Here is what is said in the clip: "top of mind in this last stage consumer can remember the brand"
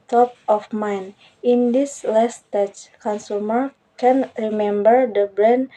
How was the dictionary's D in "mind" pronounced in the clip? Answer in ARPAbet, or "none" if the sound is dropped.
none